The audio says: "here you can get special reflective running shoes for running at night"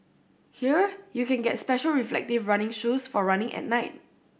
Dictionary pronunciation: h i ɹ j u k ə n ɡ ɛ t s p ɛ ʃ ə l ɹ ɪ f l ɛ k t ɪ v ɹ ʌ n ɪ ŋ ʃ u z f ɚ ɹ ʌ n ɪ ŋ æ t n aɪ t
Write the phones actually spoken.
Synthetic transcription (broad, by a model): h i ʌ j u k ə n ɡ ɛ t s p ɛ ʃ ə l ɹ ɪ f l ɛ k t ɪ v ɹ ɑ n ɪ ŋ ʃ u s f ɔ ɹ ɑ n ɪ ŋ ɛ t n aɪ t